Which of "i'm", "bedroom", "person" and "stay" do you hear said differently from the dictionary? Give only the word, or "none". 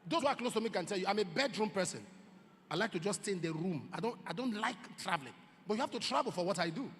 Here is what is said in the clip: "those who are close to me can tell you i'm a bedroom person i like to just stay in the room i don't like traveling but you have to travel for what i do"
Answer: none